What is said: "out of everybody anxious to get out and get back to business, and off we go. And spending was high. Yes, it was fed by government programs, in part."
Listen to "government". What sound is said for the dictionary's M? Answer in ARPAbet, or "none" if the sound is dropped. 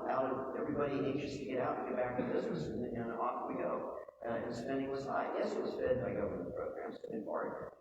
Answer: none